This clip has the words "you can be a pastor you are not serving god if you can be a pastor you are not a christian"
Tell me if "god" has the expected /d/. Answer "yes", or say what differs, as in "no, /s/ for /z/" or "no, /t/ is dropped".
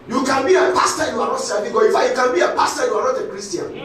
no, /d/ is dropped